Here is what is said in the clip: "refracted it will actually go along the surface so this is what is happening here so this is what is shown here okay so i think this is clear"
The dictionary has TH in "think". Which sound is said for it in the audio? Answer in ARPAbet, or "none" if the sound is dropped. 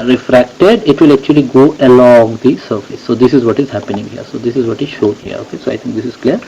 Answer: T